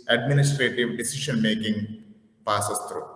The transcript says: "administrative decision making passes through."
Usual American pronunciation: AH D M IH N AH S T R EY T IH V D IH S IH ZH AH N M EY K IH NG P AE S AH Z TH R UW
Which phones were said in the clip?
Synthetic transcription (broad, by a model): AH D M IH N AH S T R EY T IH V D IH S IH SH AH N M EY K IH NG P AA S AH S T R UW